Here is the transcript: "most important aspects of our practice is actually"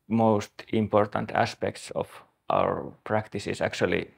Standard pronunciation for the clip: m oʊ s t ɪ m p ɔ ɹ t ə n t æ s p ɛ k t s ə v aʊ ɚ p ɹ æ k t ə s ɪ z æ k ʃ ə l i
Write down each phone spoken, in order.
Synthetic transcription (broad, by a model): m oʊ s t ɪ m p ɔ ɹ t ə n t æ s p ɛ k t s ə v aʊ ɚ p ɹ æ k t ə s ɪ s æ k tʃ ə l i